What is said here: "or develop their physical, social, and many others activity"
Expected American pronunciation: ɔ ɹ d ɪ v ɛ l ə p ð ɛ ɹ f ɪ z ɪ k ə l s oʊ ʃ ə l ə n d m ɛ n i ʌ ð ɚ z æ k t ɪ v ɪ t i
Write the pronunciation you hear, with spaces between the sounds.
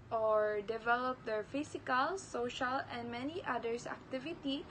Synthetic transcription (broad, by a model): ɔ ɹ d ɪ v ɛ l ə p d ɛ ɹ f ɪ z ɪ k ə l s oʊ ʃ ə l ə n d m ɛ n i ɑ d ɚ s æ k t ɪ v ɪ t i